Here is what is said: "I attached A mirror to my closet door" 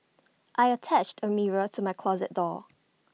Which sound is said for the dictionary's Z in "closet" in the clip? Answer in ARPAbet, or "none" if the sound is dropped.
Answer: Z